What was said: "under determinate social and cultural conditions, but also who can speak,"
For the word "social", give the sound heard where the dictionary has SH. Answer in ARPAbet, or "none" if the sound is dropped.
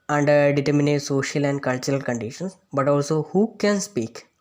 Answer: SH